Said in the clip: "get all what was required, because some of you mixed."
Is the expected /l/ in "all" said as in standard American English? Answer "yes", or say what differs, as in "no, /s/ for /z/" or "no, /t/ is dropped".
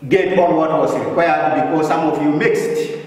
no, /n/ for /l/